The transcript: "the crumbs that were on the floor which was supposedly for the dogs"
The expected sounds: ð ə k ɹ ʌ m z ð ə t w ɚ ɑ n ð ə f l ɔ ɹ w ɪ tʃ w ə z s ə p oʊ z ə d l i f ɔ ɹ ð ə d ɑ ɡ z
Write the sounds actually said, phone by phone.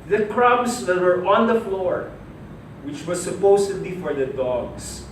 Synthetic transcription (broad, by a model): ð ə k ɹ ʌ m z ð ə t w ɚ ɑ n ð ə f l ɔ ɹ w ɪ tʃ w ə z s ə p oʊ s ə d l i f ɔ ɹ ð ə d ɑ ɡ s